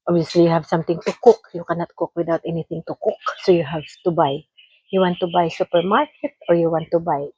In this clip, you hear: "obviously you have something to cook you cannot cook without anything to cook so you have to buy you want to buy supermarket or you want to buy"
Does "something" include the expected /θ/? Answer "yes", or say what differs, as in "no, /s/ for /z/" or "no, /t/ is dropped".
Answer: no, /t/ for /θ/